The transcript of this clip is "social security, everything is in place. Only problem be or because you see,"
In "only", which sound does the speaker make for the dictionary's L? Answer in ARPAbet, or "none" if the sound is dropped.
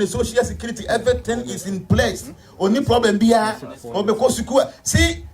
none